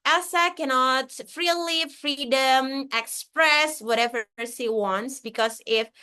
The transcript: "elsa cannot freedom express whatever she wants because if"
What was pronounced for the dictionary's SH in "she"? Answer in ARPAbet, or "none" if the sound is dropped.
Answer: S